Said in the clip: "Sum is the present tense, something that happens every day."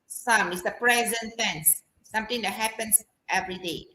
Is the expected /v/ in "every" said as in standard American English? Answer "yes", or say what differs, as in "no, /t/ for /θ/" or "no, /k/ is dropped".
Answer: yes